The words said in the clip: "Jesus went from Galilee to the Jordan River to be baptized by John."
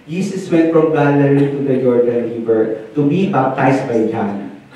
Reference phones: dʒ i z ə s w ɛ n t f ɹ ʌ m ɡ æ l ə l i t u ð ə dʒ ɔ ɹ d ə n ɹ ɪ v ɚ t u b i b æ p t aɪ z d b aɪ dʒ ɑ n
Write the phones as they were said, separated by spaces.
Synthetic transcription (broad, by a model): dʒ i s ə s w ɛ t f ɹ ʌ m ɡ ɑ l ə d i t u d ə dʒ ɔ ɹ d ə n l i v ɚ t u b i b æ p t aɪ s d b aɪ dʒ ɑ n